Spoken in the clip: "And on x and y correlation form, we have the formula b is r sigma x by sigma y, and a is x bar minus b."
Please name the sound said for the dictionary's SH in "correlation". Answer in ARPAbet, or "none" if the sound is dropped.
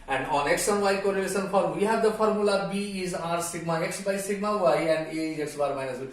S